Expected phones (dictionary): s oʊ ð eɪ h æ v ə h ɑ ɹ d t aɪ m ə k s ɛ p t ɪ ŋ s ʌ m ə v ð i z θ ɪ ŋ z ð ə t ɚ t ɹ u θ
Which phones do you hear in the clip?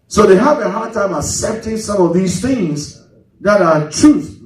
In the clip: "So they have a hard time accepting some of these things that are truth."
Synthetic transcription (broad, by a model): s oʊ ð eɪ h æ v ə h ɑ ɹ d t aɪ m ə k s ɛ p t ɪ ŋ s ʌ m ə v ð i z θ ɪ ŋ z ð ə t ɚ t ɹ u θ